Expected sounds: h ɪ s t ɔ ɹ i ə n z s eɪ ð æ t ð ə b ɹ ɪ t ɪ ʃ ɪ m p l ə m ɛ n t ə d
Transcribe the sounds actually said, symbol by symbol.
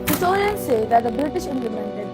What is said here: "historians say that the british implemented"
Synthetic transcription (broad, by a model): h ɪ s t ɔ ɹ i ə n s eɪ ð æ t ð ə b ɹ ɪ t ɪ ʃ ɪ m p l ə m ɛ n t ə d